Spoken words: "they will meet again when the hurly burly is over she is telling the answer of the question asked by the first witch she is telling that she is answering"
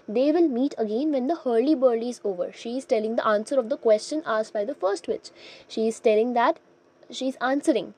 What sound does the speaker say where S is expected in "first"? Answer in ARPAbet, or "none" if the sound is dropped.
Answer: S